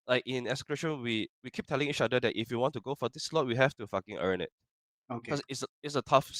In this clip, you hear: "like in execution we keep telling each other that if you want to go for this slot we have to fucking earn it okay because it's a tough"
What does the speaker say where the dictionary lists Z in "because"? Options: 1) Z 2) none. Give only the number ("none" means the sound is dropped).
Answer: 2